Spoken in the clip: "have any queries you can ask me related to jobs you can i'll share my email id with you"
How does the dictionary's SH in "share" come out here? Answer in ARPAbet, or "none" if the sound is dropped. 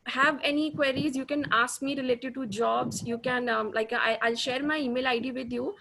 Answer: SH